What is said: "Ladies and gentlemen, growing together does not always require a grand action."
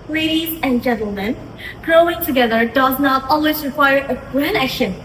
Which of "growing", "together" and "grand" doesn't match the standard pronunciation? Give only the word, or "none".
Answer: grand